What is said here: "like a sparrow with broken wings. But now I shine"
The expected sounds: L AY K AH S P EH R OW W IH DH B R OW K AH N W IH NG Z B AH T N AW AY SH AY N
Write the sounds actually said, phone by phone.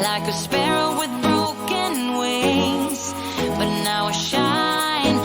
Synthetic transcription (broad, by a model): L AY K AH S P EH R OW W IH DH B R OW K AH N W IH Z B AH T N AW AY SH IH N